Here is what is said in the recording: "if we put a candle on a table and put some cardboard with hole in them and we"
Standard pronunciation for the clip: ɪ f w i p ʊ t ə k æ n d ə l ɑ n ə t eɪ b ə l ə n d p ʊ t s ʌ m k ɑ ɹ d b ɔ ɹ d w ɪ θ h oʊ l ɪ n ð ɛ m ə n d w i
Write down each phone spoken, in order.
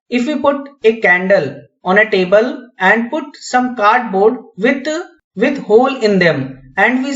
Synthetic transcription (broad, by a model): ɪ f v i p ʊ t ə k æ n d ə l ɑ n ə t eɪ b ə l ə n d p ʊ t s ʌ m k ɑ ɹ d b ɔ ɹ d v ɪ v h oʊ l ɪ n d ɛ m ə n d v i